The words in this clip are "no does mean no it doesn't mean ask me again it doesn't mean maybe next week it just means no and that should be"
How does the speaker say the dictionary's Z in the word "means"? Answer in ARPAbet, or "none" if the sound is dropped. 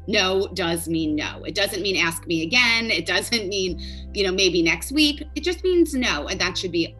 Z